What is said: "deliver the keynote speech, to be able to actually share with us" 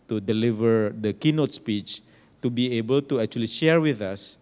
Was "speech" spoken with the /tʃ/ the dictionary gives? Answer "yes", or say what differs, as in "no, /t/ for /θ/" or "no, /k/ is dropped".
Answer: yes